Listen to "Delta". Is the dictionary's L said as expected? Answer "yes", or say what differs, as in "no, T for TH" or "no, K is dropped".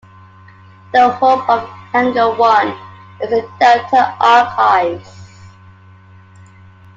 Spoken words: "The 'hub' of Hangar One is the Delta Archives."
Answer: no, L is dropped